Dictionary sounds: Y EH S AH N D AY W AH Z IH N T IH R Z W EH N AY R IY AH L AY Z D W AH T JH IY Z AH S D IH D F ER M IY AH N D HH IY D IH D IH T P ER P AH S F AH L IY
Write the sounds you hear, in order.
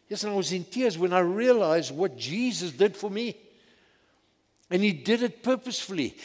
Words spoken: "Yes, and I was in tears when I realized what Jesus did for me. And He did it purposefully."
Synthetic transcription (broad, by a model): Y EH S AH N AY W AH Z IH N T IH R Z W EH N AY R IY AH L AY Z D W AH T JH IY Z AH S D IH D F ER M IY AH N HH IY D IH D IH T P ER P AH S F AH L IY